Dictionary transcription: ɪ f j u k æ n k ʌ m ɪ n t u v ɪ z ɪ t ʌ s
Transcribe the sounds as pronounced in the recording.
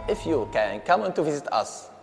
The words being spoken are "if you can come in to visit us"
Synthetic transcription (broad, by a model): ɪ f j u k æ n k ʌ m ɪ n t u v ɪ z ɪ t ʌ s